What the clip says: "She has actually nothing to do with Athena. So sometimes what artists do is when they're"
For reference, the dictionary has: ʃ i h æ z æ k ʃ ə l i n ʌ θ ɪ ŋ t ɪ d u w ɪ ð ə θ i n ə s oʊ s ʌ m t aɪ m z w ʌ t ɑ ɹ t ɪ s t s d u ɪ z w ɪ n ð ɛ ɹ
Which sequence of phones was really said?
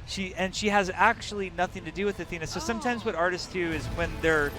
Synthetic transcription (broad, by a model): ʃ i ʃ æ z æ k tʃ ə l i n ʌ θ ɪ ŋ t ɪ d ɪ w ɪ ð ə θ i n ə s oʊ s ʌ m t aɪ m z w ʌ t ɑ ɹ t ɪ s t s d u ɪ z w ɪ n ð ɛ ɹ